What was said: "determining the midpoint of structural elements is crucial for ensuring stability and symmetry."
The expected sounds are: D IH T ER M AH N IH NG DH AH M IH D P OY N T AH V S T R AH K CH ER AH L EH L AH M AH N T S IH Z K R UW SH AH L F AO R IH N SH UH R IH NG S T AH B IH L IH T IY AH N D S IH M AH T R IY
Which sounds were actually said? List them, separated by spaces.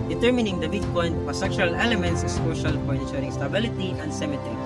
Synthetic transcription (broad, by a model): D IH T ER M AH N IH NG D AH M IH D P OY N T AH S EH K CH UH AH L EH L AH M AH N T S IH S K AO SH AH L F AO R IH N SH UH R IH NG S T AH B IH L IH T IY AH N D S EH M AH T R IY